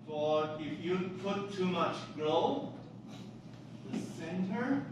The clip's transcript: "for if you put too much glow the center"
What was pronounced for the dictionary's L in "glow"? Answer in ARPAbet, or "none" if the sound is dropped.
none